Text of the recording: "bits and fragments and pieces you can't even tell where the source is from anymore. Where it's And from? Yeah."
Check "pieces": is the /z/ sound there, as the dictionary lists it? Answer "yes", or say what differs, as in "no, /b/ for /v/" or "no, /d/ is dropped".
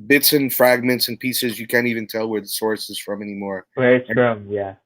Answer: yes